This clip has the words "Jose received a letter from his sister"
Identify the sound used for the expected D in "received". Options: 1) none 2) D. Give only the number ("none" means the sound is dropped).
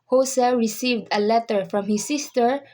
2